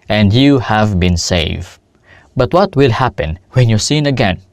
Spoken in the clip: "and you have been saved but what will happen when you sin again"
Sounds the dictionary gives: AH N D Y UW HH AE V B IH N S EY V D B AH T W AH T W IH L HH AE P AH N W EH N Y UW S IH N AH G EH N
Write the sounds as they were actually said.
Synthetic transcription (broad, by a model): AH N D Y UW HH AE V B IH N S EY V B AH T W AH T W IH L HH AE P AH N W EH N Y UW S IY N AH G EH N